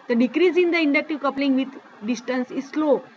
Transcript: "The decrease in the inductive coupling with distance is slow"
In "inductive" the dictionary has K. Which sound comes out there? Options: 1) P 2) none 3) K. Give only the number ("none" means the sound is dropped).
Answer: 3